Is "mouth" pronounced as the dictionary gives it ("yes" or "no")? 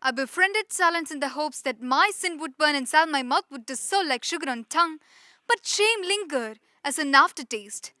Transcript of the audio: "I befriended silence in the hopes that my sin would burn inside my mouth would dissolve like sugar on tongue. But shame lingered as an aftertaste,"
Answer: no